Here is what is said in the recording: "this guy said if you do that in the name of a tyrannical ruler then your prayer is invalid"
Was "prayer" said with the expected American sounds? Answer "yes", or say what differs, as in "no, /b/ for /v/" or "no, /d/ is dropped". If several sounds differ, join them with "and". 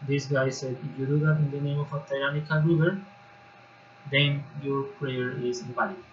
yes